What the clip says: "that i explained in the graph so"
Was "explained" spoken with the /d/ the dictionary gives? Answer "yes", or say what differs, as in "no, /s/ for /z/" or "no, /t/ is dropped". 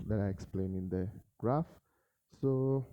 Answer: no, /d/ is dropped